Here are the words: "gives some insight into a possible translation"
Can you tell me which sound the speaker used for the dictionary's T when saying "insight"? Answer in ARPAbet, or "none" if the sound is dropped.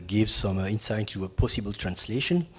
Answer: none